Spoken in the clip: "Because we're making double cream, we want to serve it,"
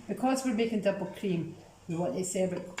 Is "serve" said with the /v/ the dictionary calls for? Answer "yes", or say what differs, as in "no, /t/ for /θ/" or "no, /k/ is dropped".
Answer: no, /b/ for /v/